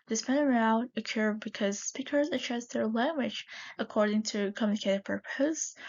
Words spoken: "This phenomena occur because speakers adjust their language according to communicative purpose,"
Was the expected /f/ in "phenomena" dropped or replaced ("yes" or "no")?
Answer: yes